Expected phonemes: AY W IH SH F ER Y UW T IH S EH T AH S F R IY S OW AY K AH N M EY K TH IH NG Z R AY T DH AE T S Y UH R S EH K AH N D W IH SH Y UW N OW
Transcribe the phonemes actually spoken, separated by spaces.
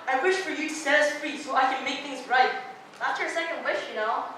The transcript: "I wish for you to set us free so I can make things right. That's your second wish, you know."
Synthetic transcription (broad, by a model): AY W IH SH F ER Y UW T IH S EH AH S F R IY S OW AY K AH N M EY K TH IH NG Z R AY T DH AE T S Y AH R S EH K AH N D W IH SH Y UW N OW